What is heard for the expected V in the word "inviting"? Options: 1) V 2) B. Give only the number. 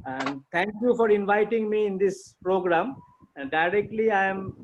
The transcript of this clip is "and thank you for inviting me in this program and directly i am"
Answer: 1